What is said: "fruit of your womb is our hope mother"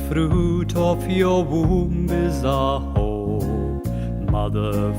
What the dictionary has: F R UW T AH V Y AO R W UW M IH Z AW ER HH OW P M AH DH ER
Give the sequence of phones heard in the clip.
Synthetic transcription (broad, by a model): F R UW T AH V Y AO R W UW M IH Z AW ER HH OW M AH DH ER